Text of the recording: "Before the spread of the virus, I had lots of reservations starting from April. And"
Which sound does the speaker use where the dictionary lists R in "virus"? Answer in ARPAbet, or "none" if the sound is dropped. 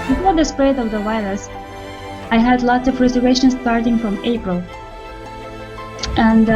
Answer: L